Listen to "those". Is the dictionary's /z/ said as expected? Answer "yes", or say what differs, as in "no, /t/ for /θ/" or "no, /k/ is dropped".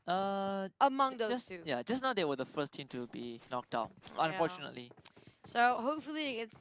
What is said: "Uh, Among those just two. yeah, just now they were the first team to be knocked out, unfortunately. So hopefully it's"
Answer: no, /z/ is dropped